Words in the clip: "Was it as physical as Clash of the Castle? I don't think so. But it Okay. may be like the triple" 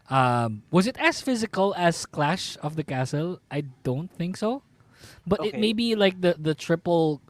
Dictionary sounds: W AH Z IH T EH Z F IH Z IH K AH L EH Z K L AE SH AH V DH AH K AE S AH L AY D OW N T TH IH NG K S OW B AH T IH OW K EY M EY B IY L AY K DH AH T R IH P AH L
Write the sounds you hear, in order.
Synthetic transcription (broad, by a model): W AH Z IH T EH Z F IH Z IH K AH L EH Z K L AE SH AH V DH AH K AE S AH L AY D OW N T TH IH NG K S OW B AH T IH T M EY B IY L AY K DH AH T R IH P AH L